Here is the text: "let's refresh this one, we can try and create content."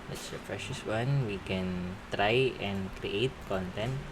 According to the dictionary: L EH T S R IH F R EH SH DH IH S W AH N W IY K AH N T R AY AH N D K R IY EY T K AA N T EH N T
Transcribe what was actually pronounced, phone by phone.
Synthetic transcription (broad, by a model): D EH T S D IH P R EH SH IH S W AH N W IY K AH N T R AY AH N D K R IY EY T K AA N T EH N T